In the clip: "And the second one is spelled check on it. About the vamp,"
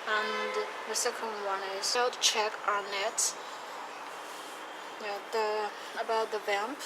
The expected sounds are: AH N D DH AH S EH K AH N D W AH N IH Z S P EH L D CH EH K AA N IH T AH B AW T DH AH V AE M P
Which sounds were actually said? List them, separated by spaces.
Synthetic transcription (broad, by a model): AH N DH AH S EH K AH N D W AH N IH Z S EH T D CH EH K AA N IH T AH B AW T DH AH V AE M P